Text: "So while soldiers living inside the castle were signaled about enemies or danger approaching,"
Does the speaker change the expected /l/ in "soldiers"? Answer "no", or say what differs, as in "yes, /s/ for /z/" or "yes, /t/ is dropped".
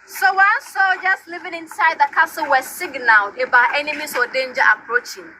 yes, /l/ is dropped